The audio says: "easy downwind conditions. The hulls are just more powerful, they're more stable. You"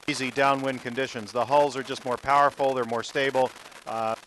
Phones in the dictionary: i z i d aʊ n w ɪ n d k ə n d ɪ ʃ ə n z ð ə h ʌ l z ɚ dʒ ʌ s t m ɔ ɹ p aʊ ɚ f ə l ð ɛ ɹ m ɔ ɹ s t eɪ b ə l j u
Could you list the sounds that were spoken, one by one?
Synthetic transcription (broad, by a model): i z i d aʊ n w ɪ n k ə n d ɪ ʃ ə n z ð ə h ʌ l z ɚ dʒ ʌ s t m ɔ ɹ p aʊ ɚ f l ð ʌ ɹ m ɔ ɹ s t eɪ b l